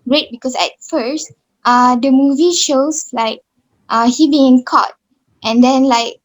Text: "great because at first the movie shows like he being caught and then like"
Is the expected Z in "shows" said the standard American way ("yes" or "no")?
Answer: no